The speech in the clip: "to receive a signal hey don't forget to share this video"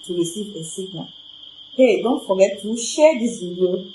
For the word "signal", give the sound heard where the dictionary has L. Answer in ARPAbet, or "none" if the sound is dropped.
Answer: N